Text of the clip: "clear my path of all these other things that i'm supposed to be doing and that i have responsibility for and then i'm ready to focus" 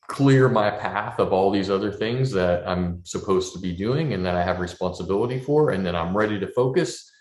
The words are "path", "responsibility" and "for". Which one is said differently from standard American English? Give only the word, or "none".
none